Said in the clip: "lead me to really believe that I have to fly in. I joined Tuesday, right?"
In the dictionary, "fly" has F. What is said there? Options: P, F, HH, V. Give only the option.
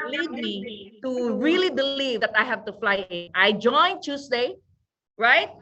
F